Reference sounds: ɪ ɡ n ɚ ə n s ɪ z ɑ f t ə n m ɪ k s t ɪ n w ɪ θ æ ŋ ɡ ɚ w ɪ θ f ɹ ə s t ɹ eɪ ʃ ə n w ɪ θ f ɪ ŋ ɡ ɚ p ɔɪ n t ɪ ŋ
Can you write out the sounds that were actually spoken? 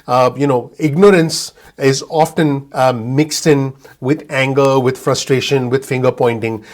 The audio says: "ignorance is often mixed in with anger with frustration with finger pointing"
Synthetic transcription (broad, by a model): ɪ ɡ n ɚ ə n s ɪ z ɑ f t ə n m ɪ k s t ɪ n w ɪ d æ ŋ ɡ ɚ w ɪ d f ɹ ə s t ɹ eɪ ʃ ə n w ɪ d f ɪ ŋ ɡ ɚ p ɔɪ n t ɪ ŋ